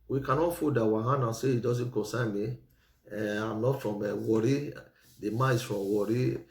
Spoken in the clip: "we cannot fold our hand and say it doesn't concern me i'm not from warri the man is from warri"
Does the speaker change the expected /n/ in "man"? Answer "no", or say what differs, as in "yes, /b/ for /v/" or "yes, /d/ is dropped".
yes, /n/ is dropped